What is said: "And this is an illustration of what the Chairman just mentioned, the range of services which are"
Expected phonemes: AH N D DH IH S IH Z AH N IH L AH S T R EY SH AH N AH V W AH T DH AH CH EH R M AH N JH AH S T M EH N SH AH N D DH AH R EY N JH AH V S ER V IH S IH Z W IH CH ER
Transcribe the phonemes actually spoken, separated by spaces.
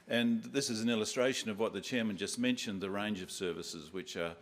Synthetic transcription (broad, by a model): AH N DH IH S IH Z N IH L AH S T R EY SH AH N AH V W AH T DH AH CH EH R M AH N JH AH S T M EH N SH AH N DH AH R EY N JH AH V S ER V IH S IH Z W IH CH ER